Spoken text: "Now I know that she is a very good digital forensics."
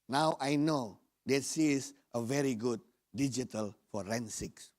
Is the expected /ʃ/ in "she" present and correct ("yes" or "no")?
no